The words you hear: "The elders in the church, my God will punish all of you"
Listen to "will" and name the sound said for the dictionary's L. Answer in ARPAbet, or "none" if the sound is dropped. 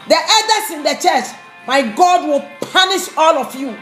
L